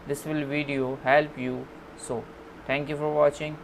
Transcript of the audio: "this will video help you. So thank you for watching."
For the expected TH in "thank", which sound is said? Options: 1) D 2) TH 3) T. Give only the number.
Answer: 3